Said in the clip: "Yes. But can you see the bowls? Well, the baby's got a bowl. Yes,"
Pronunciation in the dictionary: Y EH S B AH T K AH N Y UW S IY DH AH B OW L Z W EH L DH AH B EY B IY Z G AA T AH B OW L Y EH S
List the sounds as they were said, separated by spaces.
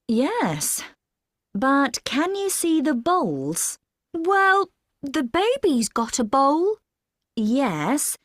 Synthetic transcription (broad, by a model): Y EH S B AH T K AH N Y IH S IY DH AH B OW L Z W EH L DH AH B EY B IY Z G AA T AH B OW L Y EH S